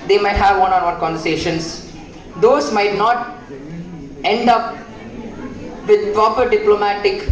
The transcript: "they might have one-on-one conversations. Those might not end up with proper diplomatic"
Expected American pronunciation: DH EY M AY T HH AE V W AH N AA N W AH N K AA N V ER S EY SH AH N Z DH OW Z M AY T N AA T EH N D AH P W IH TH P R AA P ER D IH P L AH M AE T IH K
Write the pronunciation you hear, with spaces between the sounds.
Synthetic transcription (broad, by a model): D EY M AY T HH AE V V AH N AA N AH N K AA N V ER S EY SH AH N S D OW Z M AY T N AA T EH N D AH P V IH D P R AA P ER D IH P L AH M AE T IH K